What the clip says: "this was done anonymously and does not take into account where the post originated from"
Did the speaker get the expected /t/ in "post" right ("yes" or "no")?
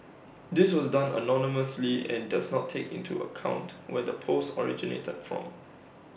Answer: no